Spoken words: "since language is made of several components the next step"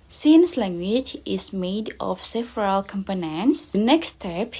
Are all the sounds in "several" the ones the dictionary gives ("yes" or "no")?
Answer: no